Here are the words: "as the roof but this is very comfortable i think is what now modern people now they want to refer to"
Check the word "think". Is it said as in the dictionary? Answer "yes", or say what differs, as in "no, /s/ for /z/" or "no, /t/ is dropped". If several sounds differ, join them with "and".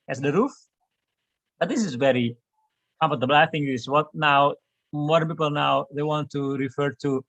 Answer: no, /k/ is dropped